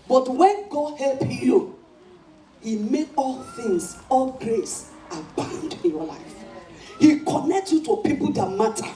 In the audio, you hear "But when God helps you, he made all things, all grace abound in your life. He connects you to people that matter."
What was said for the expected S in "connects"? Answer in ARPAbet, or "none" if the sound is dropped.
none